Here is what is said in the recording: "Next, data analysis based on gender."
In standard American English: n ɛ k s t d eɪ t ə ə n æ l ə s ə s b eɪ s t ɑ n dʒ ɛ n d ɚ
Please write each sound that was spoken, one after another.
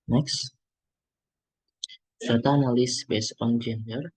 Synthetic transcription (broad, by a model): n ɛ k s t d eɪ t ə n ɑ l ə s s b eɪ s ɑ n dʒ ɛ n d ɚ